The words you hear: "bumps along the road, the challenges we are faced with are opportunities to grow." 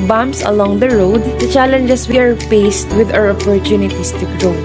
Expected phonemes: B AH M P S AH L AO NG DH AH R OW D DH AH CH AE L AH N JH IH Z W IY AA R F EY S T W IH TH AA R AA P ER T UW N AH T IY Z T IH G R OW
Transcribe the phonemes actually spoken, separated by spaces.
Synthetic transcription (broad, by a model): B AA M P S AH L AO NG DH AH R OW D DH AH CH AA L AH N JH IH S W IY AA R P EY S T W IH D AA R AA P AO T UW N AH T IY S T IH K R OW